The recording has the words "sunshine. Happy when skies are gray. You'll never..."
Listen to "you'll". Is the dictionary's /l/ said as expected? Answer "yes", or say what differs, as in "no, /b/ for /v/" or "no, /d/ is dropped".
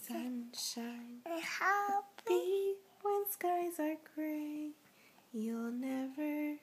yes